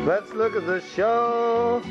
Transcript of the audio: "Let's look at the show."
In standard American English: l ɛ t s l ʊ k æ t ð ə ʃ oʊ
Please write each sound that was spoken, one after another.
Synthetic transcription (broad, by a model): l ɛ t s l ʊ k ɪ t ð ə ʃ oʊ